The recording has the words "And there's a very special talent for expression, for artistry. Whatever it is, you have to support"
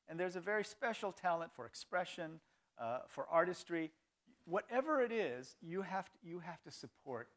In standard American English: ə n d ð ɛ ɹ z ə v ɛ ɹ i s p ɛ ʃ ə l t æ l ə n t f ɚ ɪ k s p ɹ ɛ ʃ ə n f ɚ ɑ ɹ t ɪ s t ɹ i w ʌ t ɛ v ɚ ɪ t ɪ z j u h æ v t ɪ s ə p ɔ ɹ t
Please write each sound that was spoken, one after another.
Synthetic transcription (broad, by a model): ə n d ð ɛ ɹ z ə v ɛ ɹ i s p ɛ ʃ l t æ l ə n t f ɚ ɪ k s p ɹ ɛ ʃ ə n f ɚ ɑ ɹ t ɪ s t ɹ i w ʌ t ɛ v ɚ ɪ t ɪ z j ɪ h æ f t ɪ s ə p ɔ ɹ t